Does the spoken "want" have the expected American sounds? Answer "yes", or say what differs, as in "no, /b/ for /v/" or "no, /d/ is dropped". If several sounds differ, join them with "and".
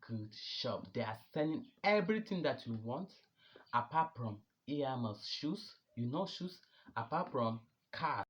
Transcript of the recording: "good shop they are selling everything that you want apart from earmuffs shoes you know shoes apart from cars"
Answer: yes